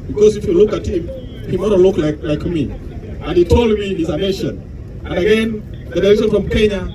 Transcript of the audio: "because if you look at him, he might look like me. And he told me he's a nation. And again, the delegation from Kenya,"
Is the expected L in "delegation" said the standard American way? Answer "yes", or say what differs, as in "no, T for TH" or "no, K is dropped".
no, L is dropped